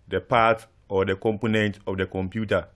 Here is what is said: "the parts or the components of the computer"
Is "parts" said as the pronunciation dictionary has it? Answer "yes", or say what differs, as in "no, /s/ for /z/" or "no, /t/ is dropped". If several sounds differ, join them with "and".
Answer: no, /s/ is dropped